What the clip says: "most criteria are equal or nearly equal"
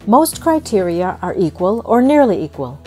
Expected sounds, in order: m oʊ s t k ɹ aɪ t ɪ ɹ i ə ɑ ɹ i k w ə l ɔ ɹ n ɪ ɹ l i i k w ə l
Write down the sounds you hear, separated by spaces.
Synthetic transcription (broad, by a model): m oʊ s t k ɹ aɪ t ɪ ɹ i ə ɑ ɹ i k w ə l ɔ ɹ n ɪ ɹ l i i k w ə l